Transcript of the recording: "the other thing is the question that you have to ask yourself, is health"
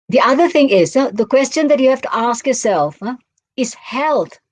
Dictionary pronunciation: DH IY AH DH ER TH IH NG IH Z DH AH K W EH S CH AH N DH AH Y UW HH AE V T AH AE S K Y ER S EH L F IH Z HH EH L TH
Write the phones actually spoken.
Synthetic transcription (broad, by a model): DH IY AH DH ER TH IH NG IH Z DH AH K W EH S CH AH N DH AH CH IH HH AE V T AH AE S K Y ER S EH L F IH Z HH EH L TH